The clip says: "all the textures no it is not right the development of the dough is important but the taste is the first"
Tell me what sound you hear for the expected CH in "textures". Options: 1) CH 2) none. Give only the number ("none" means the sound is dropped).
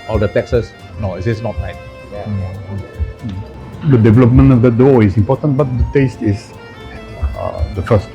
2